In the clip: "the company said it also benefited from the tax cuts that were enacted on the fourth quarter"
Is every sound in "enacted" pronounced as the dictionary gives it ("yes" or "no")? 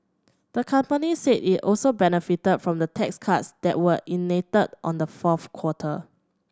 no